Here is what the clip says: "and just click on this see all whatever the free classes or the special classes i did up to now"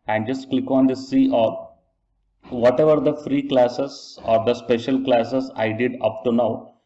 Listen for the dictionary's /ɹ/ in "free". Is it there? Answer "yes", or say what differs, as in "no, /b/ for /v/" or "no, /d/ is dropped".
yes